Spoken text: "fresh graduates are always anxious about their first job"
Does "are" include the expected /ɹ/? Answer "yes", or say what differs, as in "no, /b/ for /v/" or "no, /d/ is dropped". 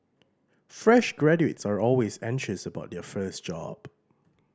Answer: yes